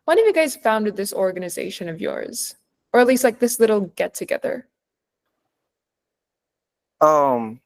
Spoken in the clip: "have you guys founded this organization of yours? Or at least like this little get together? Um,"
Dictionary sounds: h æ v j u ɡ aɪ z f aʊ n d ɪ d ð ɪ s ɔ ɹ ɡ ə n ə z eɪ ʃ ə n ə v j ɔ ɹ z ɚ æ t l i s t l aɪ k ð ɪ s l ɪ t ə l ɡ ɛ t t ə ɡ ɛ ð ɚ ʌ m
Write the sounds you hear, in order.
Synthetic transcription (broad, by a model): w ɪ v j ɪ ɡ aɪ z f aʊ n d ɪ d ð ɪ s ɔ ɹ ɡ ə n ə z eɪ ʃ ə n ə v j ɔ ɹ z ɚ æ t l i s t l aɪ k ð ɪ s l ɪ t l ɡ ɛ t t ə ɡ ɛ ð ɚ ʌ m